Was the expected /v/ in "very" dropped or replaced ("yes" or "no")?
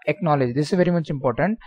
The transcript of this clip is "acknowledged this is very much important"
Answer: no